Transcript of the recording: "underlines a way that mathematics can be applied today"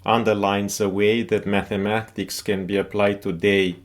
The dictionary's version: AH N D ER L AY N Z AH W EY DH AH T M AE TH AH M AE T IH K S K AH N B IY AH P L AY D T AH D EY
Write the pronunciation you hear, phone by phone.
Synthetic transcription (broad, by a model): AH N D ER L AY N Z AH W EY DH AH T M AE TH AH M AE T IH K S K AH N B IY AH P L AY D T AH D EY